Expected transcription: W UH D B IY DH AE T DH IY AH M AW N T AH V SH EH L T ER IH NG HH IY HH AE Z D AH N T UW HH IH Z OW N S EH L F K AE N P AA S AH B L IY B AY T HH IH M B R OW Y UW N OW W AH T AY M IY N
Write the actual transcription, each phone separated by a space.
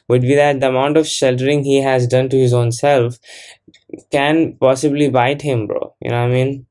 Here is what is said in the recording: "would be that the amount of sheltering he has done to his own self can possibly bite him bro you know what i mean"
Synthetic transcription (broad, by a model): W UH D B IY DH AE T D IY AH M AW N T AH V SH EH L T ER IH NG HH IY HH AE Z D AH N T UW HH IH Z OW N S EH L F K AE N P AA S AH B L IY B AY T HH IH M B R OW Y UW N OW AY M IY N